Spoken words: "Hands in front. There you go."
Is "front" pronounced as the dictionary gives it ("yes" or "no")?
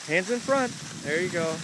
yes